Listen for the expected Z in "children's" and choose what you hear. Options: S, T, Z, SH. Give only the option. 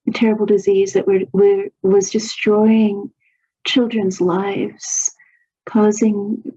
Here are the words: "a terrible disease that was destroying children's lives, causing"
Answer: Z